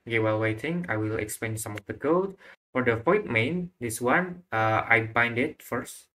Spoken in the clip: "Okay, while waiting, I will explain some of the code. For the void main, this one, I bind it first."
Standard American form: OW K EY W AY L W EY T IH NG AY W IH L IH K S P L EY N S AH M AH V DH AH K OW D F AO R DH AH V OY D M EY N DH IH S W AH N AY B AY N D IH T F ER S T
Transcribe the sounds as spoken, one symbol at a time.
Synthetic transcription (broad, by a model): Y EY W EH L W EY T IH NG AY W IH L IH K S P EY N S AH M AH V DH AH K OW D F AO R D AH P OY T M EY N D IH S W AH N AY B AY N D IH T F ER S T